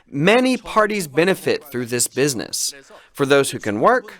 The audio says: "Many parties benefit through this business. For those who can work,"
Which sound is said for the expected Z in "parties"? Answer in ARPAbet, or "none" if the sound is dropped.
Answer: Z